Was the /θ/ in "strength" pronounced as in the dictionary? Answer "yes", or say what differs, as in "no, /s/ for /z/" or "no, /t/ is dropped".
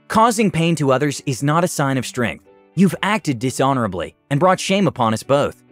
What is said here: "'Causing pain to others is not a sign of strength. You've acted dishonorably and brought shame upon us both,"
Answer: yes